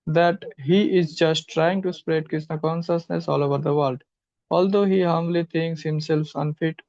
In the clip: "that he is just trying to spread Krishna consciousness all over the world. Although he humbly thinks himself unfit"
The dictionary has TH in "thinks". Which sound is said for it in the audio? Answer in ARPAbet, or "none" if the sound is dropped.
T